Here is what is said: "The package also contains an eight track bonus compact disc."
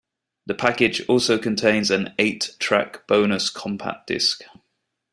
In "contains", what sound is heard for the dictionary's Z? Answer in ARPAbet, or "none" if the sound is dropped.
Z